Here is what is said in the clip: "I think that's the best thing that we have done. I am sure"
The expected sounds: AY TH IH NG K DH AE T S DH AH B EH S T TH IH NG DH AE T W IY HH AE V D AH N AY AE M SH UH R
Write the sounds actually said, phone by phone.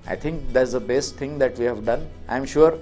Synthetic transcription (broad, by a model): AY T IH NG K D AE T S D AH B EH S T T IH NG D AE T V IY HH AE V D AH N AY M SH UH R